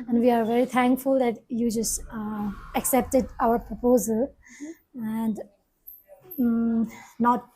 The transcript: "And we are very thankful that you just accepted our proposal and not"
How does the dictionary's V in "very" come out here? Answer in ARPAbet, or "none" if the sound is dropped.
V